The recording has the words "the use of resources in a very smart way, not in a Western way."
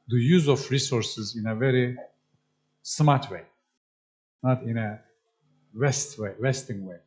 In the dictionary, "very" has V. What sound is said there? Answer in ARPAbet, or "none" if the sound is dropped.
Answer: V